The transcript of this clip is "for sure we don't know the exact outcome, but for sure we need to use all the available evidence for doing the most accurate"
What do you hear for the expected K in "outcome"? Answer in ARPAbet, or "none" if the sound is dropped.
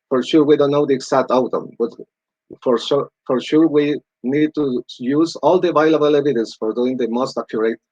none